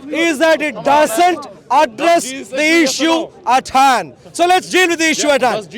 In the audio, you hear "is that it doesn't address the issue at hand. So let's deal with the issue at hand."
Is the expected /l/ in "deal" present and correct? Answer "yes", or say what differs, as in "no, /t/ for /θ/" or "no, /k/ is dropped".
no, /n/ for /l/